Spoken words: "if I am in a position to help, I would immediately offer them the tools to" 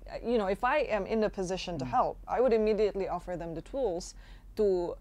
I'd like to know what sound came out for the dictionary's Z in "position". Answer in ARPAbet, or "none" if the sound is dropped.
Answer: Z